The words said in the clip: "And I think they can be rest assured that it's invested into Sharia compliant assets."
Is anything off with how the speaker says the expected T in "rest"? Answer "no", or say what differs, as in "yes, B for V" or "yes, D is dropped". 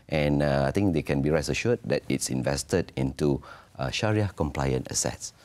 yes, T is dropped